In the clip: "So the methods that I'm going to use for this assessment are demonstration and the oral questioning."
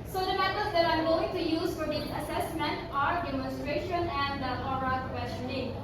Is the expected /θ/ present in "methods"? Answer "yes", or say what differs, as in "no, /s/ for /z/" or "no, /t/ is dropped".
no, /t/ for /θ/